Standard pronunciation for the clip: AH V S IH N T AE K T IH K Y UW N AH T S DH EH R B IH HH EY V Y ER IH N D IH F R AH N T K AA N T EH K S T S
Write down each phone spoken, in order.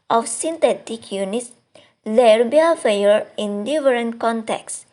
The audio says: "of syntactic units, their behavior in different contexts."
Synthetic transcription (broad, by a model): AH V S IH N T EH T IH K Y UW N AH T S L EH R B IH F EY Y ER IH N D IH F R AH N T K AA N T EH K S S